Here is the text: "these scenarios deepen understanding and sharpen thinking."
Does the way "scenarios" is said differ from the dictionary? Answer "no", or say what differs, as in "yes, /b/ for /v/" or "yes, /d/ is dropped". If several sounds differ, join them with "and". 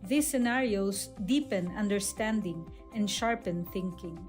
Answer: yes, /s/ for /z/